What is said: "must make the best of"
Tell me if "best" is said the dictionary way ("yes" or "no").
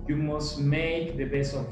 no